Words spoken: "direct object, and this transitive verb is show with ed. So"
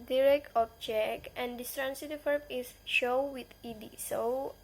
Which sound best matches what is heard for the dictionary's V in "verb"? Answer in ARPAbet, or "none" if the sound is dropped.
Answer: F